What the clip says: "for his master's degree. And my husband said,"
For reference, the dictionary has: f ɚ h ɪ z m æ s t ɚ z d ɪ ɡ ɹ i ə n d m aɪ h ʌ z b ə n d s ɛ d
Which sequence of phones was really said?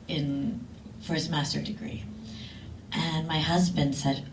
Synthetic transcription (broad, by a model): f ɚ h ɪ z m æ s t ɚ d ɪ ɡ ɹ i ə n m aɪ h ʌ z b ə n d s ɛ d